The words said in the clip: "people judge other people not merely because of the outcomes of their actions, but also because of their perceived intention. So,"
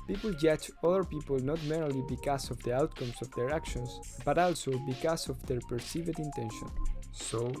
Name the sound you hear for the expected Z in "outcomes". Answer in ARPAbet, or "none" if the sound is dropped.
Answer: S